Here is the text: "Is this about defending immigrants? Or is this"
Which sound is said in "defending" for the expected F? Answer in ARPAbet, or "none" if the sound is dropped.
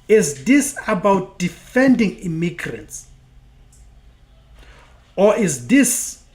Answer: F